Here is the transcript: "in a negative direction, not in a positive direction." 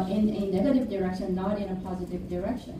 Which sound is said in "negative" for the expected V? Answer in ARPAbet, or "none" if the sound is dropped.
V